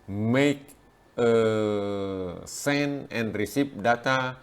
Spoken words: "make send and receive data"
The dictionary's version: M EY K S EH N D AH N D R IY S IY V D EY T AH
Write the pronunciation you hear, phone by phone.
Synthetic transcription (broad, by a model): M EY K S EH N AH N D R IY S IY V D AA T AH